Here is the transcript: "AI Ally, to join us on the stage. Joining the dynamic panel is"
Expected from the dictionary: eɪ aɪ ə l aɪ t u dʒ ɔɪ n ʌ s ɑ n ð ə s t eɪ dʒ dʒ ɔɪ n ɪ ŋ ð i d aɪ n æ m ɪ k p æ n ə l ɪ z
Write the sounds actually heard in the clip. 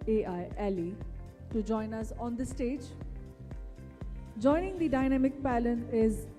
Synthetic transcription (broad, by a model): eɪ aɪ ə l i t u dʒ ɔɪ n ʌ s ɑ n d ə s t eɪ dʒ dʒ ɔɪ n ɪ ŋ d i d aɪ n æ m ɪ k p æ l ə n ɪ z